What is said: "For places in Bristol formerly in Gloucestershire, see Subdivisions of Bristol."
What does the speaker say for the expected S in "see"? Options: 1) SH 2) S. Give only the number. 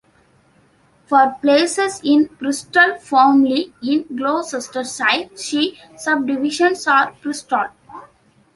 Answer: 1